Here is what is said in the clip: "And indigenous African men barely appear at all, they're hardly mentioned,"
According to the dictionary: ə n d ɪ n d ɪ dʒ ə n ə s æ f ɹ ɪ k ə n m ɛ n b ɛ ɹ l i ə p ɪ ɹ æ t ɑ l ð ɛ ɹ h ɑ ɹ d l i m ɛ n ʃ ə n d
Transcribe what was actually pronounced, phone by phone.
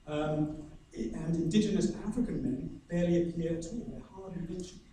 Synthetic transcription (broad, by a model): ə n ɪ n d ɪ dʒ ə n ə s æ f ɹ ɪ k ə n m ɛ n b ɛ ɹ l i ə p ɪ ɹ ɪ t ɑ l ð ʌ h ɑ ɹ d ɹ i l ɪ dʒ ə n